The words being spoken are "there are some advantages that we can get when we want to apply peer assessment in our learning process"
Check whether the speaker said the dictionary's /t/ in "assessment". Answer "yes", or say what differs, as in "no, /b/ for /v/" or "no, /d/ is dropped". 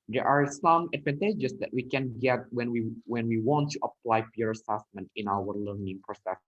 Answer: yes